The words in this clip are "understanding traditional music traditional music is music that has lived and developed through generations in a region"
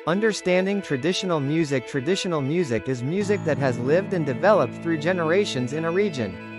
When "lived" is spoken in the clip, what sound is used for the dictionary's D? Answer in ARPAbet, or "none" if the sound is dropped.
D